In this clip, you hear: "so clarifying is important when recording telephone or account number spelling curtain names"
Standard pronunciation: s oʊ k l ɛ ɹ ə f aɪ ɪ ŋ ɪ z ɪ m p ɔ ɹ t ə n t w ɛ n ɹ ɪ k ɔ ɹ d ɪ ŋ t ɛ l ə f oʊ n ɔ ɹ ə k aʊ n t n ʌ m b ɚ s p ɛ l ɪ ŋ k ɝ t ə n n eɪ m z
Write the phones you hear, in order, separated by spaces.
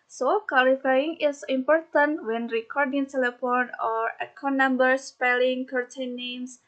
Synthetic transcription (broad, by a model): s oʊ k w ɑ l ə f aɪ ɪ ŋ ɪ s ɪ m p ɔ ɹ t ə n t w ɛ n ɹ ɪ k ɔ ɹ d ɪ ŋ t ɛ l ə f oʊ n ɔ ɹ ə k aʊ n n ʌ m b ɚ s p ɛ l ɪ ŋ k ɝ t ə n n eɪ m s